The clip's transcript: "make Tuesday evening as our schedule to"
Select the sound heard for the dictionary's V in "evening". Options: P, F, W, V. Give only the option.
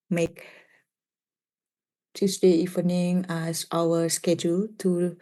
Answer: F